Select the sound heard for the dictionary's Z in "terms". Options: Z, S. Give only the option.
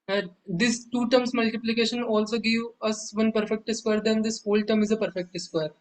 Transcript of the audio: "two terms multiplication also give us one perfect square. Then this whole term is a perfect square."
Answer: S